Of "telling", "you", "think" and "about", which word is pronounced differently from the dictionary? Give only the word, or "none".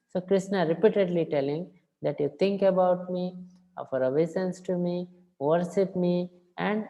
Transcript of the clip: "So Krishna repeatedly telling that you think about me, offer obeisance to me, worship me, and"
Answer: think